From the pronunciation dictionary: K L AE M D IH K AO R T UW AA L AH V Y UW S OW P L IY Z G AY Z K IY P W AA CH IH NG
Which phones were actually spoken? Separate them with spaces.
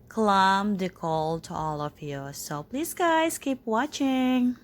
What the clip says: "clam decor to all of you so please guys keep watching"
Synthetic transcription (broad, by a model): K L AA M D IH K AO L T UW AA L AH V Y UW S OW P L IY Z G AY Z K IY P W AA CH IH NG